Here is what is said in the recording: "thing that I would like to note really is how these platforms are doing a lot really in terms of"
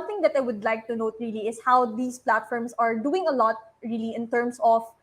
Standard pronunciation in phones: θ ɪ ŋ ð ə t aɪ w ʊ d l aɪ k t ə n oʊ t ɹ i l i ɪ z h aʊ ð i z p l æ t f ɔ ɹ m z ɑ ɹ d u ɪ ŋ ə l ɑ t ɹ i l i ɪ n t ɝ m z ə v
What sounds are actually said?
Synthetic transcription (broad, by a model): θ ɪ ŋ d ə t aɪ w ʊ d l aɪ k t ə n oʊ t ɹ i l i ɪ s h aʊ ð i s p l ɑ t f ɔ ɹ m s ɑ ɹ d u ɪ ŋ ə l ɑ t ɹ i l i ɪ n t ɝ m s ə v